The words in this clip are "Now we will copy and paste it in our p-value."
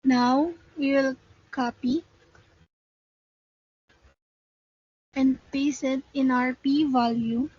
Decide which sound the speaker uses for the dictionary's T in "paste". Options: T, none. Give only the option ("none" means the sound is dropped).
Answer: none